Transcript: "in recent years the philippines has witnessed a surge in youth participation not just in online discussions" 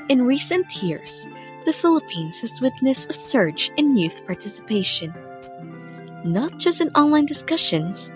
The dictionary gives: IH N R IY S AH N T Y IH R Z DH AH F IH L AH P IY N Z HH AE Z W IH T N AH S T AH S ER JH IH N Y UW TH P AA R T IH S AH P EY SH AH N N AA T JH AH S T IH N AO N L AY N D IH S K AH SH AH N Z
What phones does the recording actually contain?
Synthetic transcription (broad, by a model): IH N R IY S AH N T Y IH R Z DH AH F IH L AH P IY N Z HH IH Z W IH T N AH S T AH S ER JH IH N Y UW TH P AA R T IH S AH P EY SH AH N N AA T JH AH S T IH N AO N L AY N D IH S K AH SH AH N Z